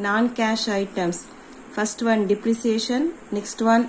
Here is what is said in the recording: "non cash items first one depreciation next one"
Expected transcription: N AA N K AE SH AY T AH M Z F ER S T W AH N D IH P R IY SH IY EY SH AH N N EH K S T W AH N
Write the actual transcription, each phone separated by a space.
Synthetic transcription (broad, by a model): N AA N K AE SH AY T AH M S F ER S T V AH N D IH P R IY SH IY EY SH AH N N EH K S T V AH N